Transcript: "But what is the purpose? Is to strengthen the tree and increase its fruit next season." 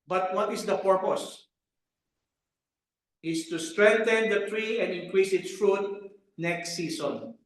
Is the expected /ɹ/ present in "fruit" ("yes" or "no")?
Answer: yes